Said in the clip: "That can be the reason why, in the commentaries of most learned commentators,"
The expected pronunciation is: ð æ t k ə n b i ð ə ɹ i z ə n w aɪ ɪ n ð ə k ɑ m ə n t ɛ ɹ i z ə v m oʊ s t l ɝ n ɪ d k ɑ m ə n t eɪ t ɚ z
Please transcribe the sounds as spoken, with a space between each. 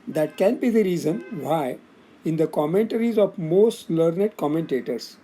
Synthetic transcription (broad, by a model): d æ t k ə n b i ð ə ɹ i z ə n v aɪ ɪ n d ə k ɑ m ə n t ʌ ɹ i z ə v m oʊ s t l ɝ n ɪ d k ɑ m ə n t eɪ t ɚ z